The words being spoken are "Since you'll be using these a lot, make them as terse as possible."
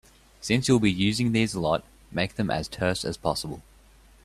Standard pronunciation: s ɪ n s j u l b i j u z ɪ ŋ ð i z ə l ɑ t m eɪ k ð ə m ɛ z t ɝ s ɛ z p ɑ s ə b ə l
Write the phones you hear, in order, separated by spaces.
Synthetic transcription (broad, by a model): s ɪ n s j u l b i j u z ɪ ŋ ð i z ə l ɑ t m eɪ k ð ə m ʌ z t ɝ s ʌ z p ɑ s ə b ə l